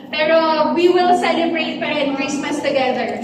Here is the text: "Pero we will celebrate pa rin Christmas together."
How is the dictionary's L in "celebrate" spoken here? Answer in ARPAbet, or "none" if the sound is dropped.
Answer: N